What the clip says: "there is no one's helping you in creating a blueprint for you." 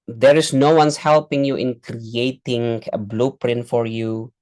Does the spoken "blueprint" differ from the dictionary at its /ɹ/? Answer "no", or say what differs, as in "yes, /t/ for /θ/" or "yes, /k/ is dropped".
no